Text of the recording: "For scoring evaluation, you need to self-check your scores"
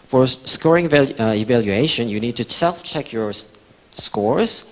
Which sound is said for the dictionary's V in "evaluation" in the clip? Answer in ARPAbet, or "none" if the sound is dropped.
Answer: V